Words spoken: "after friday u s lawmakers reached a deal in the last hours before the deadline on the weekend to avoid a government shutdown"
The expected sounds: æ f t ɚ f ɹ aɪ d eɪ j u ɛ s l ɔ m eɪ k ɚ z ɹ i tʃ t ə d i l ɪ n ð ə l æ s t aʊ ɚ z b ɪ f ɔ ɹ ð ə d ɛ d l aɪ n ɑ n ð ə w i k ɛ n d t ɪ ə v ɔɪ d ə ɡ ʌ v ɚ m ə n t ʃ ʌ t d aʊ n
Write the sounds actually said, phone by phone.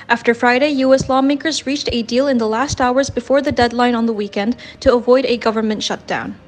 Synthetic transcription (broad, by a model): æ f t ɚ f ɹ aɪ d eɪ j u ɛ s l ɔ m eɪ k ɚ z ɹ i tʃ t ə d i l ɪ n ð ə l æ s t aʊ ɚ z b ɪ f ɔ ɹ ð ə d ɛ d l aɪ n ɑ n ð ə w i k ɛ n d t ɪ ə v ɔɪ d ə ɡ ʌ v ɚ m ə n t ʃ ʌ t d aʊ n